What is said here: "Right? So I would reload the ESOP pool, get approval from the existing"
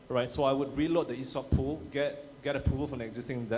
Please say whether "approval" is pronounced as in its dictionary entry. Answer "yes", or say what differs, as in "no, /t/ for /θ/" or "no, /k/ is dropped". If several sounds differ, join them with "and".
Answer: no, /p/ is dropped and /p/ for /v/